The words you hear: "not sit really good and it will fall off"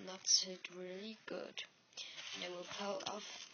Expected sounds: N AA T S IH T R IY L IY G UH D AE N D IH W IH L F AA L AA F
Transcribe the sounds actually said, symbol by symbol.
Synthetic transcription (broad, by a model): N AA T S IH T R IY L IY G UH D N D IH W IH L P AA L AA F